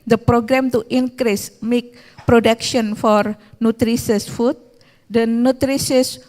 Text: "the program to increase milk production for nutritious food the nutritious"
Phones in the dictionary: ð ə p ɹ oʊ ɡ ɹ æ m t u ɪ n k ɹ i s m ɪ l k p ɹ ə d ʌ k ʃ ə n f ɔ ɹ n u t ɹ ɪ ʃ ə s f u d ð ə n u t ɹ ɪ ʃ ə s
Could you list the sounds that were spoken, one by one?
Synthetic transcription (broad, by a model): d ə p ɹ oʊ ɡ ɹ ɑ m t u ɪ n k ɹ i s m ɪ k p ɹ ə d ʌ k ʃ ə n f ɔ ɹ n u t ɹ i s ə s f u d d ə n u t ɹ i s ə s